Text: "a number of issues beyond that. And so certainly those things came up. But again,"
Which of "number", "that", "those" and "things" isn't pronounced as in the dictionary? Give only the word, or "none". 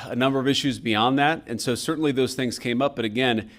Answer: none